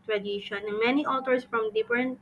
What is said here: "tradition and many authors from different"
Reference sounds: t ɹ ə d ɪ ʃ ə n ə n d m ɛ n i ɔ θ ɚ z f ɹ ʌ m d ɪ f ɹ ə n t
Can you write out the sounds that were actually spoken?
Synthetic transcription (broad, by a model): t ɹ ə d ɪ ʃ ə n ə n m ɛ n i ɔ t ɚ s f ɹ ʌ m d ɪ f ɹ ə n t